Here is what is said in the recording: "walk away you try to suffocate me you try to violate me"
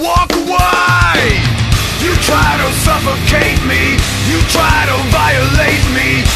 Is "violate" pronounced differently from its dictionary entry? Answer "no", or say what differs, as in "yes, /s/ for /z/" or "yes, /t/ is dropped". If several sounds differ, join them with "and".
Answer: yes, /b/ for /v/